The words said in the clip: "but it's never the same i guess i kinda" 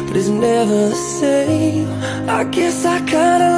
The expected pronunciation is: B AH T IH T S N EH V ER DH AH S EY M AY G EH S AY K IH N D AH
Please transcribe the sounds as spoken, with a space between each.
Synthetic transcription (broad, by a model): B AH T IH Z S N EH V ER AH S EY AY G EH S AY K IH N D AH